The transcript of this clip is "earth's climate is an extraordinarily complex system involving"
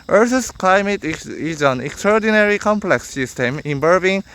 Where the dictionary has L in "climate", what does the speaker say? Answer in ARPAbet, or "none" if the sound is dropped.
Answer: L